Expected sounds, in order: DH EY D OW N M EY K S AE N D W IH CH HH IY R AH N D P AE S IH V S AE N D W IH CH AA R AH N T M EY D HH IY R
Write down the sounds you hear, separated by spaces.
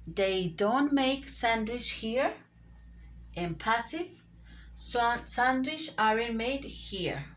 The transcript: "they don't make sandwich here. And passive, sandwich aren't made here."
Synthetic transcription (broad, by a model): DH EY D OW N M EY K S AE N D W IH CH HH IY R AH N P AE S IH V S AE N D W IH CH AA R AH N M EY D HH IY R